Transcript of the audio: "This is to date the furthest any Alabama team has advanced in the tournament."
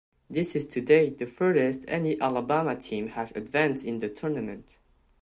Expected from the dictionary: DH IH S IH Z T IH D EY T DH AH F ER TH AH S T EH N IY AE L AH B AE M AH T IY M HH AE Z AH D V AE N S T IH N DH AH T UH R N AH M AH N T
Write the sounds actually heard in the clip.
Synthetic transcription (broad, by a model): DH IH S IH Z T IH D EY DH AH F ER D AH S T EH N IY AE L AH B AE M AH T IY M HH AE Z AH D V AE N S T IH N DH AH T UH R N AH M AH N T